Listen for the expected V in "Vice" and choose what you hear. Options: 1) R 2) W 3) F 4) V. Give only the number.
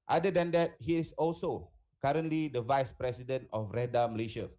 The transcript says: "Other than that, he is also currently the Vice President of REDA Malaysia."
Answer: 4